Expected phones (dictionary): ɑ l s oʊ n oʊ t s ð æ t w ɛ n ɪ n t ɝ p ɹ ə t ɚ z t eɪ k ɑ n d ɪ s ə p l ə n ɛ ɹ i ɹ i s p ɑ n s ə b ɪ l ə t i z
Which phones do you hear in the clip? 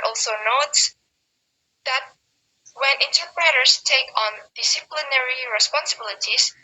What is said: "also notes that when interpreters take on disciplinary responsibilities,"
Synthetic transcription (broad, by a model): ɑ l s oʊ n oʊ t s ð æ t w ɛ n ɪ n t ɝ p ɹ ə t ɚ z t eɪ k ɑ n d ɪ s ə p l ə n ɛ ɹ i ɹ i s p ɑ n s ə b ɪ l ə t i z